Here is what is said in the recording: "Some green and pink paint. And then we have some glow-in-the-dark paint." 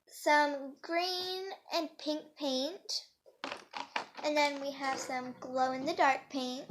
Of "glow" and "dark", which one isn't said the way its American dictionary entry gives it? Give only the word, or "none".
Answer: none